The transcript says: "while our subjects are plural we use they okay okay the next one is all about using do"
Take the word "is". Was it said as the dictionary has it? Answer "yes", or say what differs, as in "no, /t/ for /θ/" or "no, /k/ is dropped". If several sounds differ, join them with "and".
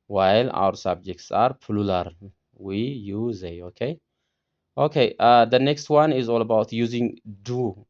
yes